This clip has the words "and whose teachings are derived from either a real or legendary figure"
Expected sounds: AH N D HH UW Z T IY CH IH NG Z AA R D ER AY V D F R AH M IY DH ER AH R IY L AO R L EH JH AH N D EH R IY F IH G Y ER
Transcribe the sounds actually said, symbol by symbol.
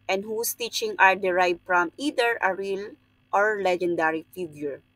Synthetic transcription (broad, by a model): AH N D HH UW S T IY CH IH NG AA R D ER AY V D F R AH M IY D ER AH R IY L AO R L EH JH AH N D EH R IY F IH G Y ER